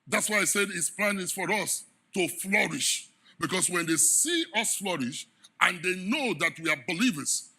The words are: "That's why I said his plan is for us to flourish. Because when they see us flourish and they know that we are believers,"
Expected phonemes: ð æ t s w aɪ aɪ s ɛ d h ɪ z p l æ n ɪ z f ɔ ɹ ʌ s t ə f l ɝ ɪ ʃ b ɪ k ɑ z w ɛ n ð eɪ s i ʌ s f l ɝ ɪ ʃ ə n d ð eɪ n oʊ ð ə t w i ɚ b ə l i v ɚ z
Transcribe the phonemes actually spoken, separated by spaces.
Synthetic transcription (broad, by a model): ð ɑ t s w aɪ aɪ s ɛ d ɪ s p l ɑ n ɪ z f ɔ ɹ ʌ s t ə f l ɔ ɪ ʃ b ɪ k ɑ s w ɛ n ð eɪ s i ʌ s f l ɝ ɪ ʃ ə n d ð eɪ n oʊ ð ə t w i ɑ b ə l i v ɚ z